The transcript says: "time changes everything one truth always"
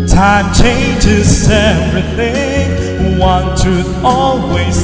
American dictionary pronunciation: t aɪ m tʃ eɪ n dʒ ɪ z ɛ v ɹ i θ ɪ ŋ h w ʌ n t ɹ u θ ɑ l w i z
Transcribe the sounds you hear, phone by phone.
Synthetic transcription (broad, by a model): t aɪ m tʃ eɪ n dʒ ɪ z ɛ v ɹ i θ ɪ ŋ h w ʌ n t u ɑ l w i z